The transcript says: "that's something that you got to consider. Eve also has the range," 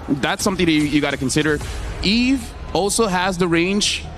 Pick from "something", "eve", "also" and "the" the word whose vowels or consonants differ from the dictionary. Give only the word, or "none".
none